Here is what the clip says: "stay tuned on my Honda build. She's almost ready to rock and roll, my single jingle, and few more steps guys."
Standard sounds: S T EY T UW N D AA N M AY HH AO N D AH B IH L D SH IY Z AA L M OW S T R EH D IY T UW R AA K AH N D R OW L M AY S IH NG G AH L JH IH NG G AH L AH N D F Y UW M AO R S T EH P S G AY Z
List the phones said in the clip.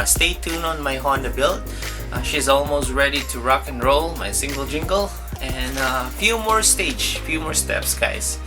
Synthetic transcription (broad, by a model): S T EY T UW N AA N M AY HH AO N D AH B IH L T SH IY Z AA L M OW S T R EH D IY T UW R AA K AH N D R OW L M AY S IH NG G AH L JH IH NG G AH L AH N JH F Y UW M AO R S T EH P S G AY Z